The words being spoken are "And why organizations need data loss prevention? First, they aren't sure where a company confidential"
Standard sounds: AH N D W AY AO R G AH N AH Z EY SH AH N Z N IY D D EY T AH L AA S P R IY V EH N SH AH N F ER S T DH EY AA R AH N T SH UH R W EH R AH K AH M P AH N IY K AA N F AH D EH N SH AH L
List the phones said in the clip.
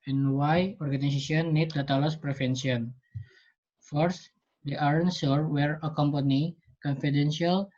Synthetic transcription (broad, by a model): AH N W AY AO R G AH N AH S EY S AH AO N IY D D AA T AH L AA S P R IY F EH N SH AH N F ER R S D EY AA R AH N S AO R W EH R AH K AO M P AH N IY K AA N F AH D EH N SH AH L